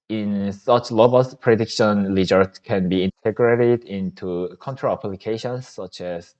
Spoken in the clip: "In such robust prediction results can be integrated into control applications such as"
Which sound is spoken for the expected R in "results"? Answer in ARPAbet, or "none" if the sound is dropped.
L